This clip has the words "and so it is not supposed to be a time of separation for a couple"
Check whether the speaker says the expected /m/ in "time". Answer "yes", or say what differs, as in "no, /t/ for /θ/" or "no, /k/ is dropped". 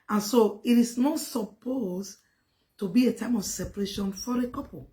yes